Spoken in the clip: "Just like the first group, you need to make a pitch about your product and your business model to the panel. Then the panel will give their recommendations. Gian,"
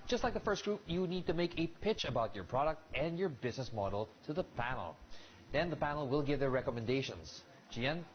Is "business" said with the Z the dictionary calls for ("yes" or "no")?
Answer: yes